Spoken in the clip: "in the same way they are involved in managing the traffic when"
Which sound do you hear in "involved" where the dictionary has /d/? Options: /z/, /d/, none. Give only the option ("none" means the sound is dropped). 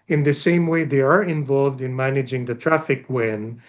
/d/